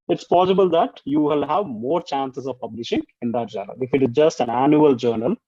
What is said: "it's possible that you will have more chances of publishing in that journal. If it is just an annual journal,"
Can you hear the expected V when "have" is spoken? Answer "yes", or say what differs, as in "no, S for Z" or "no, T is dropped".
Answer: yes